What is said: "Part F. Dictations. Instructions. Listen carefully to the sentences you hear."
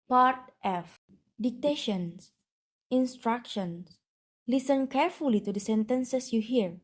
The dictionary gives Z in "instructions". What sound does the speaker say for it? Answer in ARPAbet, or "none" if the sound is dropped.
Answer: S